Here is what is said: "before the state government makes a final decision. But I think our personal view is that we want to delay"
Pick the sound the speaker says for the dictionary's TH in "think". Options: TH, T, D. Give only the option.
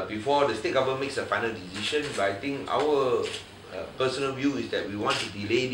T